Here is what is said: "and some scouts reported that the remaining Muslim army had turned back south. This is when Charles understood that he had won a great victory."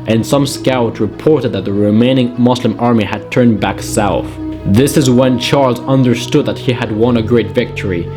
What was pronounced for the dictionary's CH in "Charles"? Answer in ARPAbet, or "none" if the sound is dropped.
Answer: CH